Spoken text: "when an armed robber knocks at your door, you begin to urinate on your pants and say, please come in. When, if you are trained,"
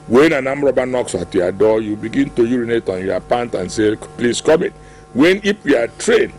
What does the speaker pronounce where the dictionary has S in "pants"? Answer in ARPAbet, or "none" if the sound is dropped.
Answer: none